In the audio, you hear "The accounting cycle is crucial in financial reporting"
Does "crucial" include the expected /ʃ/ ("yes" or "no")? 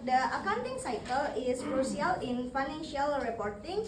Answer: no